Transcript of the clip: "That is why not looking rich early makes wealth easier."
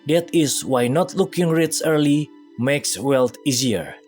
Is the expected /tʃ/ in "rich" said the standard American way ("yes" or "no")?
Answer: no